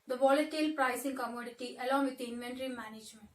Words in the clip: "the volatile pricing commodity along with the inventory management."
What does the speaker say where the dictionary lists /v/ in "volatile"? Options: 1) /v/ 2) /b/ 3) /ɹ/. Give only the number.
1